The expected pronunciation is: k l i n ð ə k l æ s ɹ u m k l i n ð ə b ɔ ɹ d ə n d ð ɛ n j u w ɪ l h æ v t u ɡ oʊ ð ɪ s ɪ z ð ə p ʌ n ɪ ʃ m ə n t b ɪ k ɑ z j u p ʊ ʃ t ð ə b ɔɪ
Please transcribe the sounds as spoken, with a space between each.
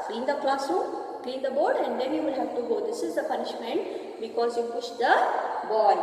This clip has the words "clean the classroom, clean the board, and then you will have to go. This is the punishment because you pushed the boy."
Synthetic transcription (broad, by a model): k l i n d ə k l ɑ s u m k l i n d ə b ɔ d ə n d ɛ n j u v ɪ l h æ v t u ɡ oʊ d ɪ s ɪ z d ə p ʌ n ɪ ʃ m ə n t b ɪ k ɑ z j u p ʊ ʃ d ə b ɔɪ